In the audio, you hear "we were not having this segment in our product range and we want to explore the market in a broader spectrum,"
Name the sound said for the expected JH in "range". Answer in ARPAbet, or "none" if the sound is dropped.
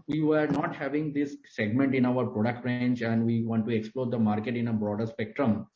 CH